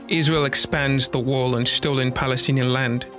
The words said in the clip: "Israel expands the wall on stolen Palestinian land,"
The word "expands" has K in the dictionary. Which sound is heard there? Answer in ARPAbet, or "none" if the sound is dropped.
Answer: K